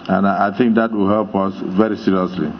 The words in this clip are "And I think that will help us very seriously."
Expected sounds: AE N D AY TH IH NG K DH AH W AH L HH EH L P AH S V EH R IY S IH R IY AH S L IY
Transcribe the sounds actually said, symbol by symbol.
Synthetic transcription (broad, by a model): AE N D AY T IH NG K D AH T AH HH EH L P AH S V EH R IY S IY R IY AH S L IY